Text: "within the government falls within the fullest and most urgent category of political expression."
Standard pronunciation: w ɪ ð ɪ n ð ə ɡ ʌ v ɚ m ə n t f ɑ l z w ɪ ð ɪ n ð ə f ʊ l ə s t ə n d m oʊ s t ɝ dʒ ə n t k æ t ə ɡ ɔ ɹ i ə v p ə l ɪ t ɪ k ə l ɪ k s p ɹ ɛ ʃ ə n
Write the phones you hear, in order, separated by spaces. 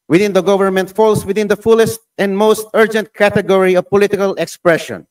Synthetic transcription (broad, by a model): w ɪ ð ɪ n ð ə ɡ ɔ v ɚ m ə n t f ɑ l s w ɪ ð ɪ n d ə f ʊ l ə s t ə n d m oʊ s t ɝ dʒ ə n t k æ t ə ɡ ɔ ɹ i ə v p ə l ɪ t ɪ k ə l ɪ k s p ɹ ɛ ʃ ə n